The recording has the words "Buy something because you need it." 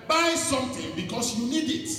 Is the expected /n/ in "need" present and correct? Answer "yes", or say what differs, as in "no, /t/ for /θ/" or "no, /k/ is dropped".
yes